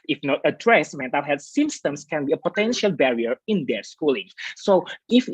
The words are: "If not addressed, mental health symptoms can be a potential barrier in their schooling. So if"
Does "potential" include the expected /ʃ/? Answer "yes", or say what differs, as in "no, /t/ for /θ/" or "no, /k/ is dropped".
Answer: yes